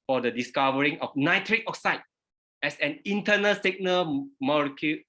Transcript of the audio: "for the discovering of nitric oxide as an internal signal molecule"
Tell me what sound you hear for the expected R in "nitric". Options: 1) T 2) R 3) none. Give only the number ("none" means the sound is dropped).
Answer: 2